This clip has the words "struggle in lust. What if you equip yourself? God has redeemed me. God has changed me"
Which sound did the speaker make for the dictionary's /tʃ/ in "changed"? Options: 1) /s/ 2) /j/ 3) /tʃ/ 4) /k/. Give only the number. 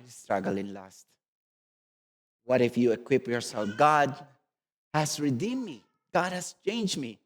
3